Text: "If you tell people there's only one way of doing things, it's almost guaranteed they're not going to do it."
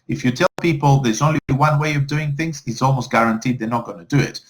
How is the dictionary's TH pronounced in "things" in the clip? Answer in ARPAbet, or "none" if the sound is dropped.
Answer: TH